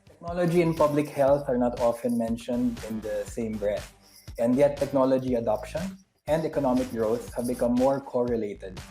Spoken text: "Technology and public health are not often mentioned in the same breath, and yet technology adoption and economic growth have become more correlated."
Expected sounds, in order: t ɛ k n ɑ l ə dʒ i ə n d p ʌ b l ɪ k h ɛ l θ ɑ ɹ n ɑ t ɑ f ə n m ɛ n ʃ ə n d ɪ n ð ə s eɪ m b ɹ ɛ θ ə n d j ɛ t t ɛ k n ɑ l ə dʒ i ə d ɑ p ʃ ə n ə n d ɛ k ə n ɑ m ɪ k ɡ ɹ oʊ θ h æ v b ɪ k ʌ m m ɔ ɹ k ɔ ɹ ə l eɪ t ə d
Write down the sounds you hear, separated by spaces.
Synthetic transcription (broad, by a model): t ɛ k n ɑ l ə dʒ i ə n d p ʌ b l ɪ k h ɛ l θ ɑ ɹ n ɑ t ɑ f ə n m ɛ n ʃ ə n d ɪ n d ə s eɪ m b ɹ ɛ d ə n d j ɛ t t ɛ k n ɑ l ə dʒ i ə d ɑ p ʃ ə n ə n d ɛ k ə n ɑ m ɪ k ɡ ɹ oʊ s h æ v b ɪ k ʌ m m ɔ ɹ k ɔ ɹ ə l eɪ t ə d